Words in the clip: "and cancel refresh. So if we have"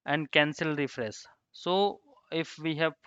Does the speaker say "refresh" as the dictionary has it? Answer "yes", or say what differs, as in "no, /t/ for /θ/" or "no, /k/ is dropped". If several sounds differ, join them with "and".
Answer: no, /s/ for /ʃ/